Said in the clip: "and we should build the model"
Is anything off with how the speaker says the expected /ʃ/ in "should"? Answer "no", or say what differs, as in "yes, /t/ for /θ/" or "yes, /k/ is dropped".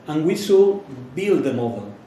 yes, /s/ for /ʃ/